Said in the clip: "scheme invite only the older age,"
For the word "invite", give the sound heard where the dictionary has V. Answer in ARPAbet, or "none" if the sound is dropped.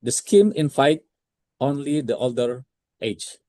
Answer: F